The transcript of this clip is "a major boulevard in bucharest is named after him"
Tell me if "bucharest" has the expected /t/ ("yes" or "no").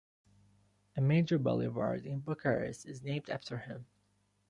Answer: no